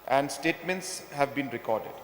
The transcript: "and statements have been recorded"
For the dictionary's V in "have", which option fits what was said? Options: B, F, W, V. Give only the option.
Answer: V